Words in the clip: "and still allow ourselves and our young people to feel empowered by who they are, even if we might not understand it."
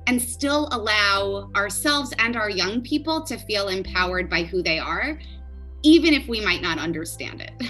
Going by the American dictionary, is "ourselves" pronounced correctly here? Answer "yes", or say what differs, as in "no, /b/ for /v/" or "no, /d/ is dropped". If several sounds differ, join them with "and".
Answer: yes